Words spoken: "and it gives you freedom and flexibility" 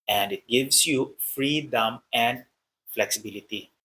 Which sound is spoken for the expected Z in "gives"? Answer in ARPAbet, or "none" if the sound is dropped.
S